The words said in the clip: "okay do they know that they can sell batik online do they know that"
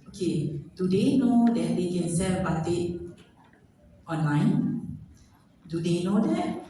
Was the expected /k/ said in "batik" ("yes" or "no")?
no